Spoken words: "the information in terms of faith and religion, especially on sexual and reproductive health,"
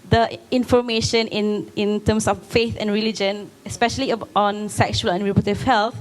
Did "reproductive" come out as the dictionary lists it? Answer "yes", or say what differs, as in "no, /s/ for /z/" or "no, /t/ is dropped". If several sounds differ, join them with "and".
no, /k/ is dropped